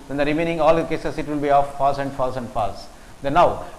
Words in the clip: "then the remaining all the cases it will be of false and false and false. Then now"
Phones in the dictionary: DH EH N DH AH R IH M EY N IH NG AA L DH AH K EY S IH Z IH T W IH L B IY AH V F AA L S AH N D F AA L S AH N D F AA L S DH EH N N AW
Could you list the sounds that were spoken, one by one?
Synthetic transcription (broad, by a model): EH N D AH R IH M EY N IH NG AA L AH K EY S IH S IH T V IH L B IY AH F F AA L S AH N D F AA L S AH N D F AA L S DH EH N N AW